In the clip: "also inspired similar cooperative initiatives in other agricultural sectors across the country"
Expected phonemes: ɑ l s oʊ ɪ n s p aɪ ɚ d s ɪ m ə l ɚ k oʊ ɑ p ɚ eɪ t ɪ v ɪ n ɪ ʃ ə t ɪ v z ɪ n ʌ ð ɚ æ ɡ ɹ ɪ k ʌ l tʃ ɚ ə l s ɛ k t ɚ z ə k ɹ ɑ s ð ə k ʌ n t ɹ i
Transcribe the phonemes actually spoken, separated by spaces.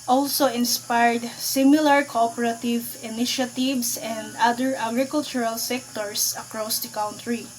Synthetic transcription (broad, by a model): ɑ l s oʊ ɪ n s p aɪ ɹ d s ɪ m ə l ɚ k oʊ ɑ p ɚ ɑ t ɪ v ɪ n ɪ ʃ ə t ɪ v s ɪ n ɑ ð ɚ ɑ ɡ ɹ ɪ k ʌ l tʃ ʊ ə l s ɛ k t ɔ s ə k ɹ ɑ s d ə k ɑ n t ɹ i